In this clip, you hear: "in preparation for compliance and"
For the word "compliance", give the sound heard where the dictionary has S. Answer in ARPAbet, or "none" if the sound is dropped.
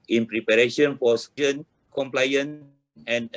none